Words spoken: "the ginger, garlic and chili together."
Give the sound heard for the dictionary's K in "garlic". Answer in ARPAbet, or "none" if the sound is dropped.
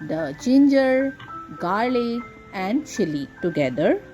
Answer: none